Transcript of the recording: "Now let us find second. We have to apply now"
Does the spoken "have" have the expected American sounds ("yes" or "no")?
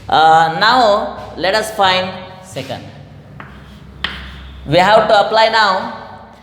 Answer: no